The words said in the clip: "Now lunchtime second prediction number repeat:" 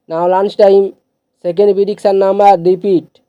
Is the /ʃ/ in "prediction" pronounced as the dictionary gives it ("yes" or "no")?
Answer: no